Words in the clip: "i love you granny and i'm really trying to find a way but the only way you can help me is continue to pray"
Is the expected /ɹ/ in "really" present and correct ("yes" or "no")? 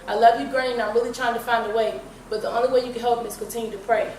yes